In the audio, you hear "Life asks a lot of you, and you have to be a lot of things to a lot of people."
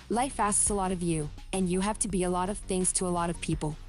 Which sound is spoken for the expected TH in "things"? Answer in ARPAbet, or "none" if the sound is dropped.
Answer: TH